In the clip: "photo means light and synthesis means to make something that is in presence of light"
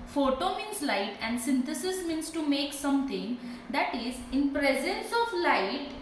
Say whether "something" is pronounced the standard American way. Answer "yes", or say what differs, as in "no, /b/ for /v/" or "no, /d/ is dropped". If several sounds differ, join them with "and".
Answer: no, /t/ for /θ/